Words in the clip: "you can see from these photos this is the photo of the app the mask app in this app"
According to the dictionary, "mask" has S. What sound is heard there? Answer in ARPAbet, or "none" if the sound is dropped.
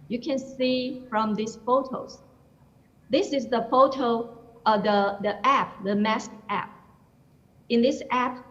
S